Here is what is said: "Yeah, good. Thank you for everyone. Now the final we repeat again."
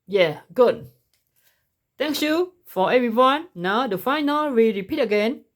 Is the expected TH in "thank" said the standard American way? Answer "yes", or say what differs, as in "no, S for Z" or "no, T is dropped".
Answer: no, T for TH